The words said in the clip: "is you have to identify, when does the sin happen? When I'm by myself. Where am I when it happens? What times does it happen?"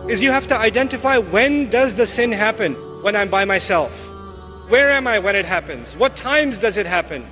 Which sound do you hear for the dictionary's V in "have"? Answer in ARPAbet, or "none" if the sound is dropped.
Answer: F